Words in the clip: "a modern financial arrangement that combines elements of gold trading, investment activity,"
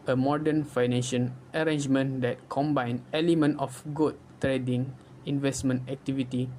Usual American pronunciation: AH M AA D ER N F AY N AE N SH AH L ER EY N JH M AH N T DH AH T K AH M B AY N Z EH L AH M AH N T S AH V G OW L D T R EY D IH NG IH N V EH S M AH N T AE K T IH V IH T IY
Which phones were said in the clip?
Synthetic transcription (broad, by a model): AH M AA D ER N F AY N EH N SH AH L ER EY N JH M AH N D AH T K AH M B AY N EH L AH M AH N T AH F G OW D T R EY D IH NG IH N V EH S M AH N T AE K T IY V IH T IY